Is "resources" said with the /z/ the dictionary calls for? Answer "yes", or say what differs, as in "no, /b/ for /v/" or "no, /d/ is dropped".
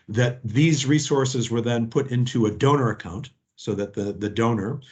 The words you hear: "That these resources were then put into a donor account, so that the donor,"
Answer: yes